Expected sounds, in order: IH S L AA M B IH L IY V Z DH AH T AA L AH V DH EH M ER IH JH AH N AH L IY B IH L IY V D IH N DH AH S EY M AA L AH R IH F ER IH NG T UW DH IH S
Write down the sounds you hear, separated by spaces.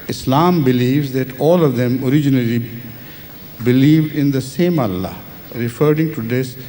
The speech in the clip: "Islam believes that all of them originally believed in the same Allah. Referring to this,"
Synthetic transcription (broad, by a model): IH S L AA M B IH L IY V Z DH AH T AA L AH V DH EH M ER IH JH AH N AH L IY B IH L IY V D IH N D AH S EY M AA L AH R IH F ER IH NG T UW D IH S